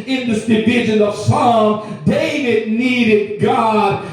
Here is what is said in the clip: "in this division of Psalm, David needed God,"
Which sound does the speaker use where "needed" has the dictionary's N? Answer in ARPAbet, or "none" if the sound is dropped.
N